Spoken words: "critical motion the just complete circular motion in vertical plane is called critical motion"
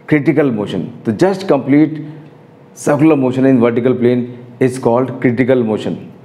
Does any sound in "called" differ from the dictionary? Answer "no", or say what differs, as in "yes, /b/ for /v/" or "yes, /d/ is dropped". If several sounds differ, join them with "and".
no